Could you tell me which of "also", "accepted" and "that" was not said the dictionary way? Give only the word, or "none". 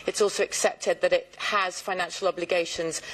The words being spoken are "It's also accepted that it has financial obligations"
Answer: none